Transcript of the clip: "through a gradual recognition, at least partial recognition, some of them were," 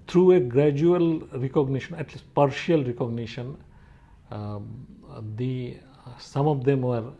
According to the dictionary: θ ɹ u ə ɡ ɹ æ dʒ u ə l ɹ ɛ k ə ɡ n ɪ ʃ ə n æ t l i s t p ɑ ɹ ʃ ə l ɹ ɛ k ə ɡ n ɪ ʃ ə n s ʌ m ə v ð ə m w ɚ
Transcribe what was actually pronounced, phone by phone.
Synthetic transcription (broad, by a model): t ɹ u ə ɡ ɹ æ dʒ u ə l ɹ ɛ k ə ɡ n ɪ ʃ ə n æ t l i s t p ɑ ɹ ʃ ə l ɹ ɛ k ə ɡ n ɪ ʃ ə n s ʌ m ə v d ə m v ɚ